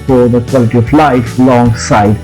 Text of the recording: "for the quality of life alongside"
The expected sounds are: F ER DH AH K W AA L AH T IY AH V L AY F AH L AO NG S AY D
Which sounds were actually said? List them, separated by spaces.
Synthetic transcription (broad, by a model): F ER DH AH K W AA L AH T IY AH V L AY F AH L AO NG S AY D